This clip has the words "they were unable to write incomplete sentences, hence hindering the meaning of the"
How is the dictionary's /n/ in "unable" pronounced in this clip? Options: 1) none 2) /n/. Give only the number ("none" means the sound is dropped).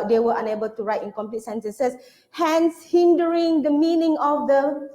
2